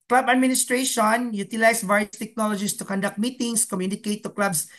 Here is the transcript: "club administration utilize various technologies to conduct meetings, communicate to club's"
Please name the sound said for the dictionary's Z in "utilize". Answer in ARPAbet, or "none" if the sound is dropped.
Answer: S